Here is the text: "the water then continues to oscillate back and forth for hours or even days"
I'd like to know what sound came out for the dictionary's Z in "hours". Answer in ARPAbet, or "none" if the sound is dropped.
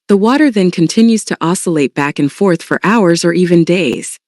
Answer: Z